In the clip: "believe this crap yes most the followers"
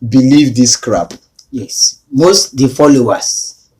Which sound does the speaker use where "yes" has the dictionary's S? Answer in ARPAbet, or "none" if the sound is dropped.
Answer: S